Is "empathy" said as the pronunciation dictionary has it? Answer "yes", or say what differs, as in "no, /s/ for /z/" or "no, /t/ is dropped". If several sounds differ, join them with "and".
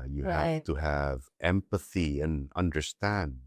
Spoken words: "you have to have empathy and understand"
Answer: yes